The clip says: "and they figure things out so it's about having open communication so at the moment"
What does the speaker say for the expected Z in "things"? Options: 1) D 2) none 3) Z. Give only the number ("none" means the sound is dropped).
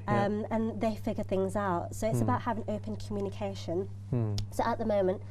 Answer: 3